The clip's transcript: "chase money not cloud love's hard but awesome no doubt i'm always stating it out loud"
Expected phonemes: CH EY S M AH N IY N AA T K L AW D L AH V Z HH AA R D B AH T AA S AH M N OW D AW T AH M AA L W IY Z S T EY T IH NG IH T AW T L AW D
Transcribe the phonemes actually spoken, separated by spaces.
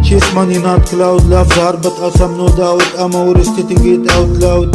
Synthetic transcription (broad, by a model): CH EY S M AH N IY N AA T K L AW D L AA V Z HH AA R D B AH T AA S AH M N OW D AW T AH M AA W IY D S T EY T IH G IH T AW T L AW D